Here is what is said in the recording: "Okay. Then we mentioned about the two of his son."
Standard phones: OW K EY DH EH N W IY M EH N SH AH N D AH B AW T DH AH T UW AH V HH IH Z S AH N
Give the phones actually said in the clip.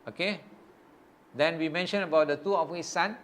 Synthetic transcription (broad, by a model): OW K EY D EH N W IY M EH N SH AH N AH B AW T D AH T UW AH F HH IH S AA N